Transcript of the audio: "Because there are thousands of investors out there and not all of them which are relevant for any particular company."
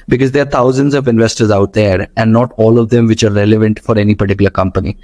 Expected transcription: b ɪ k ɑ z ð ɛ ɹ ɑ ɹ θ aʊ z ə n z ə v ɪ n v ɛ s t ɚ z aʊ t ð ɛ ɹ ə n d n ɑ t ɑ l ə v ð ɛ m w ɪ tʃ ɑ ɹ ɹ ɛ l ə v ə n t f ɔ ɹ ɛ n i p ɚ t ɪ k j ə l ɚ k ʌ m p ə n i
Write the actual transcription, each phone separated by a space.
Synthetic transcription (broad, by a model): b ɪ k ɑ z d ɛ ɑ ɹ t aʊ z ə n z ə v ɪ n v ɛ s t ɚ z aʊ t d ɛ ɹ ə n d n ɑ t ɑ l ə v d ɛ m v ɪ tʃ ɑ ɹ ɹ ɛ l ə v ə n t f ɔ ɹ ɛ n i p ɚ t ɪ k j ə l ɚ k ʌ m p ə n i